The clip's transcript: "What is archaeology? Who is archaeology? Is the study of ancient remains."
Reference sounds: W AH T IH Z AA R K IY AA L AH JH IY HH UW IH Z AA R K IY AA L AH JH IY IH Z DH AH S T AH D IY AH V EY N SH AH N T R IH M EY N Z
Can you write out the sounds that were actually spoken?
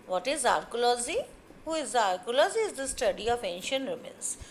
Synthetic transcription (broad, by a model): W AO T IH Z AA R K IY L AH Z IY HH UW IH Z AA R K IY L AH Z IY IH Z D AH S T AH D IY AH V EY N SH AH N T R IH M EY N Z